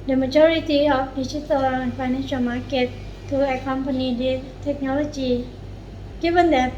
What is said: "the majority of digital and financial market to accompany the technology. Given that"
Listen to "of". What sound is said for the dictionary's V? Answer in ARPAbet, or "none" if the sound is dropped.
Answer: F